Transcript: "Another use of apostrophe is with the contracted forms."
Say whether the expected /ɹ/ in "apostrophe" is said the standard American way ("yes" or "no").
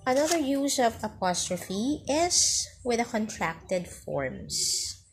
yes